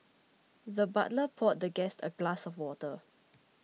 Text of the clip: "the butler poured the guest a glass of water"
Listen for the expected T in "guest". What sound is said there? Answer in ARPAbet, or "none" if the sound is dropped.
T